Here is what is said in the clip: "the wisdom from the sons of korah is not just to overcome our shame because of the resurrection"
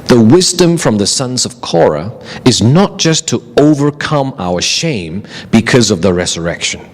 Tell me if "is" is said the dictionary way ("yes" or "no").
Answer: yes